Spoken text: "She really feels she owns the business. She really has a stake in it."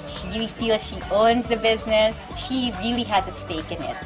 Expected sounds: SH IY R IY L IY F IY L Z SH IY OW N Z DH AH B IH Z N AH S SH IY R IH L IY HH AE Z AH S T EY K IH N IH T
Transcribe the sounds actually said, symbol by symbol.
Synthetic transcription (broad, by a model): SH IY R IY L IY F IY L Z SH IY OW N Z DH AH B IH Z N AH S SH IY R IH L IY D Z AH S T EY K IH N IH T